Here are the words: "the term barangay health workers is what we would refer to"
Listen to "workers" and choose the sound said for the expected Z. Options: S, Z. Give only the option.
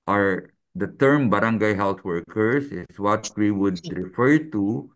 S